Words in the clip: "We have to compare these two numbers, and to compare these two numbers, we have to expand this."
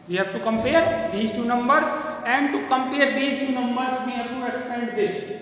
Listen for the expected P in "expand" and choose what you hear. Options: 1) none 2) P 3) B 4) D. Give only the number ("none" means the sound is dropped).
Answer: 1